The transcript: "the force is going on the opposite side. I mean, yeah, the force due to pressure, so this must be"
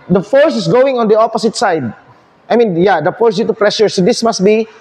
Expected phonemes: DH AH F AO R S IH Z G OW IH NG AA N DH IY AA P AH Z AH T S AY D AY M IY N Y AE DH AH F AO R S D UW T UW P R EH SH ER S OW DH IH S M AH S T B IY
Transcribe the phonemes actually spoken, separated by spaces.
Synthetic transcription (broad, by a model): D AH F AO R S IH S G OW IH NG AA N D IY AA P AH S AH T S AY D AY M IY N Y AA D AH F AO R S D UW T UW P R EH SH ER S OW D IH S M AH S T B IY